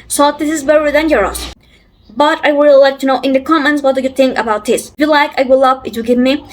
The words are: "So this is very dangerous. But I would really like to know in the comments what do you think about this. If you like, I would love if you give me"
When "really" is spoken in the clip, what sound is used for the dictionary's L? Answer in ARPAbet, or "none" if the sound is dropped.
none